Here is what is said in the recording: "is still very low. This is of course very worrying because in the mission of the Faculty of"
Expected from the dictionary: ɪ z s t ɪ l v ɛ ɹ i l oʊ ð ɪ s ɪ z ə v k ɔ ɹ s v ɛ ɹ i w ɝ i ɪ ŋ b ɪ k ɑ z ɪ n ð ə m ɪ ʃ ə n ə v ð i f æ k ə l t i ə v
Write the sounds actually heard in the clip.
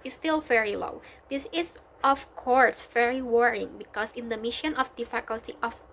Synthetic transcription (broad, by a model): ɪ s t ɪ l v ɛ ɹ i l oʊ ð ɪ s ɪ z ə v k ɔ ɹ s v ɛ ɹ i w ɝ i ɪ ŋ b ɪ k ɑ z ɪ n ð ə m ɪ ʃ ə n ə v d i f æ k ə l t i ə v